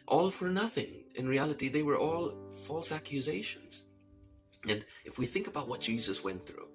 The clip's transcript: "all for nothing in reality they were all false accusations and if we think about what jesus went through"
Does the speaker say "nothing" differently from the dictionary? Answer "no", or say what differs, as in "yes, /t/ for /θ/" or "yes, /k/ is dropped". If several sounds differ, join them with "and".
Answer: no